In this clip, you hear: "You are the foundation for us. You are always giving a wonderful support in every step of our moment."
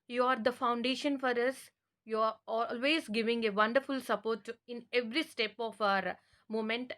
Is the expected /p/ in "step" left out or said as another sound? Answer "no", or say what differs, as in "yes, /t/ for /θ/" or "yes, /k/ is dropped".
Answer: no